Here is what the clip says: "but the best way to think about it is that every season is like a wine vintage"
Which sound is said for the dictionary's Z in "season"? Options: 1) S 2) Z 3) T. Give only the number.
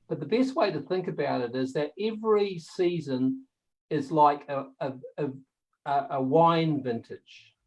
2